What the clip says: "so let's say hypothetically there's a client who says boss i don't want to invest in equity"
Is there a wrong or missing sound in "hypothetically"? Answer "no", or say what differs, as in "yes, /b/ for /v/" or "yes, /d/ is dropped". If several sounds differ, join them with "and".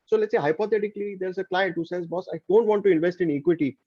yes, /t/ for /θ/